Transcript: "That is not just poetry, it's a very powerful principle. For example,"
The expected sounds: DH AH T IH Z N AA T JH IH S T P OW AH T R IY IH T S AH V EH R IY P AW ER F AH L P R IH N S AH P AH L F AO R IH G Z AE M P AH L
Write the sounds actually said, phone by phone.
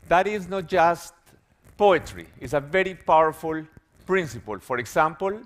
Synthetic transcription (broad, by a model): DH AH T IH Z N AA T JH IH S T P OW AH T R IY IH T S AH V EH R IY P AW ER F AH L P R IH N S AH P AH L F AO R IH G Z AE M P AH L